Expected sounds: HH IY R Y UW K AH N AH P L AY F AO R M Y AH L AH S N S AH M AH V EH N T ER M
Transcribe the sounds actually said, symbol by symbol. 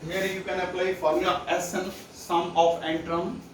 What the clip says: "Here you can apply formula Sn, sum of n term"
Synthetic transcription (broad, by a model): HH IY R Y UW K AH N AH P L AY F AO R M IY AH AH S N S AH M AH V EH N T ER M